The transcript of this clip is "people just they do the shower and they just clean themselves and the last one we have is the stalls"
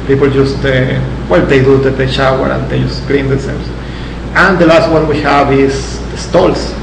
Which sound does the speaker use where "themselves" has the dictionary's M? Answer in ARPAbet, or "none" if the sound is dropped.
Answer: none